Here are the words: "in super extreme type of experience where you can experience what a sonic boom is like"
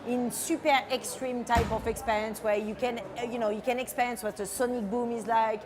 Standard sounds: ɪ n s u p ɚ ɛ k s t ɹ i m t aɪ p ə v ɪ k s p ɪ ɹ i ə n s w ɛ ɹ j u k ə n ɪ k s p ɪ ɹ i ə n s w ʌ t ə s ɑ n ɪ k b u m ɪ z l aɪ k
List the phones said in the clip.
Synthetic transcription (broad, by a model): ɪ n s u p ɚ ɛ k s t ɹ i m t aɪ p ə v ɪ k s p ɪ ɹ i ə n s w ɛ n j u k ə n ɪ k s p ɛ ɹ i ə n s w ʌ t ə s ɑ n ɪ k b u m ɪ z l aɪ k